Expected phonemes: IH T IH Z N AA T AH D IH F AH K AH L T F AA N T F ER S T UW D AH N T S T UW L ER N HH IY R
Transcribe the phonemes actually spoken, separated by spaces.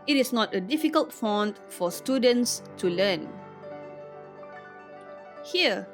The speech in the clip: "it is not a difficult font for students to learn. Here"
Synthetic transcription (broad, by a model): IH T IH S N AA T AH D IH F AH K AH L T F AA N T F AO S T UW D AH N T S T UW L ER N HH IY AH